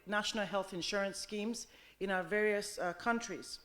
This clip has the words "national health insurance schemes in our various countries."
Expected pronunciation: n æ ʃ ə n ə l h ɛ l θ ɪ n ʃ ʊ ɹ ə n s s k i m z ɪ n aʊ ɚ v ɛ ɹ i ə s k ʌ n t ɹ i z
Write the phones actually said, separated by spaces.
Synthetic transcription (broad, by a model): n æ ʃ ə n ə l h ɛ l θ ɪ n ʃ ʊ ɹ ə n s s k i m z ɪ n aʊ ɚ v ɛ ɹ i ə s k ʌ n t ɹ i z